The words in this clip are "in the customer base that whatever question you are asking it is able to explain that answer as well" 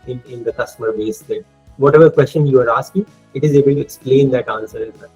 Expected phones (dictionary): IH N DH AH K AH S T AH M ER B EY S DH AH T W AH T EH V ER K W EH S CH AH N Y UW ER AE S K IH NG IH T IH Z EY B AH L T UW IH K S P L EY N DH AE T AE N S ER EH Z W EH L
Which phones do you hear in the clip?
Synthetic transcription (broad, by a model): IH N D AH K AH S T AH M ER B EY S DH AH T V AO T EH V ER K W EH S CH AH N Y UW ER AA S K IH NG IH T IH Z EY B AH L T UW IH K S P L EY N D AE T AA N S ER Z